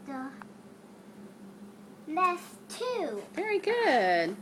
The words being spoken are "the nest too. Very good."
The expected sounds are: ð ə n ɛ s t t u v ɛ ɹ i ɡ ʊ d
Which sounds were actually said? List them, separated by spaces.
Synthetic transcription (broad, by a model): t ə l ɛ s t t u v ɛ ɹ i ɡ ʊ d